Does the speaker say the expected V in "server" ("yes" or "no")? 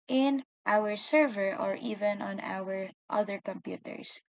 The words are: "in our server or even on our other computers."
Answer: yes